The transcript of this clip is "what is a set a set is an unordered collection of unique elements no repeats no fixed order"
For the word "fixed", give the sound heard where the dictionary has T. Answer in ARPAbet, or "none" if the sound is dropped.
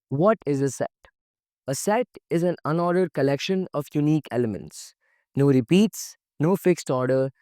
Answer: T